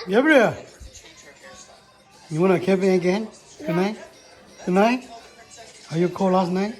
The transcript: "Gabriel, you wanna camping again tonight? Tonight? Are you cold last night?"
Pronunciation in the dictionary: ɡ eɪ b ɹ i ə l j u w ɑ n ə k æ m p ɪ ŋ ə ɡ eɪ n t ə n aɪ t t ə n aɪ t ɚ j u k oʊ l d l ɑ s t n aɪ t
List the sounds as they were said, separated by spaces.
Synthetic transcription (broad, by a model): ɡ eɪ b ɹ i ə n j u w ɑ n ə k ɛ p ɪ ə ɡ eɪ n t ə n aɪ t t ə n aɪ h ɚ j u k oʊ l l ɑ s t n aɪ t